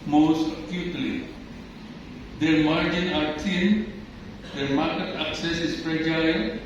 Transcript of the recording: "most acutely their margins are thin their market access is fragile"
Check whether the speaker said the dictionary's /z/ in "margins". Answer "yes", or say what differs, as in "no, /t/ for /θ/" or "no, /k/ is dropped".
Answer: no, /z/ is dropped